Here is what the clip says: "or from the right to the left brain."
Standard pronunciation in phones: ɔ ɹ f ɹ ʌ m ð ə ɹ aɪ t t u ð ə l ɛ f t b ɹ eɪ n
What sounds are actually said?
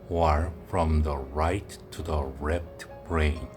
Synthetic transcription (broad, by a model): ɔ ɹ f ɹ ʌ m ð ə ɹ aɪ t t u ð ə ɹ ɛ p t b ɹ eɪ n